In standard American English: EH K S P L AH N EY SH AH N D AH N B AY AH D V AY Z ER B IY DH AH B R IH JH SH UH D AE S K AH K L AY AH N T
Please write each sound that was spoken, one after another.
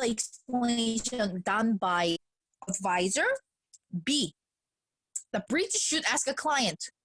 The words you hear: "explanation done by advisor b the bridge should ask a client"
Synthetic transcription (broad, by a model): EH K S P L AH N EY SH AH N D AH N B AY AH D V AY Z ER B IY DH AH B R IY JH SH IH D AE S K AH K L AY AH N T